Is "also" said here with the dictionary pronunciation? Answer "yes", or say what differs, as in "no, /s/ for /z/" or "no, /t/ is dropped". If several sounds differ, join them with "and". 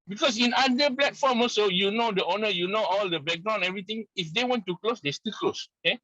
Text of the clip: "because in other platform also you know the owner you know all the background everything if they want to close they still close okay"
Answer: no, /l/ is dropped